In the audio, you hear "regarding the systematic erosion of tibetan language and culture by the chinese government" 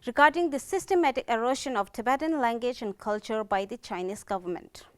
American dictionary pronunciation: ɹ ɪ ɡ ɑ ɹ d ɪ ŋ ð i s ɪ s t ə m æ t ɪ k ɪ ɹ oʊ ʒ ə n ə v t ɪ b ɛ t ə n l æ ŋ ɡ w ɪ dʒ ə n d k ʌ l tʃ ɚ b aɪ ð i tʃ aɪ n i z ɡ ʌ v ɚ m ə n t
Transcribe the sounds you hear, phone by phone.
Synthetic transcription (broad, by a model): ɹ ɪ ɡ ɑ ɹ d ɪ ŋ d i s ɪ s t ə m æ t ɪ k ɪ ɹ oʊ ʃ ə n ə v t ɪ b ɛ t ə n l æ ŋ ɡ w ɪ dʒ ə n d k ʌ l tʃ ɚ b aɪ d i tʃ aɪ n i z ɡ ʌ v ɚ m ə n t